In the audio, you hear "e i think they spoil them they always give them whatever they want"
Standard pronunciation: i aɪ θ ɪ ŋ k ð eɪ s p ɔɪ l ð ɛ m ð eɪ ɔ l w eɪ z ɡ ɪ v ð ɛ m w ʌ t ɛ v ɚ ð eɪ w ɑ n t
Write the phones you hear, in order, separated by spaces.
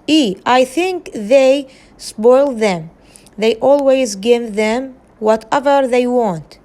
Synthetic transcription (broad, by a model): i aɪ θ ɪ ŋ k ð eɪ s p ɔɪ l ð ɛ m ð eɪ ɔ l w eɪ z ɡ ɪ v ð ɛ m w ʌ t ɛ v ɚ ð eɪ w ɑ n t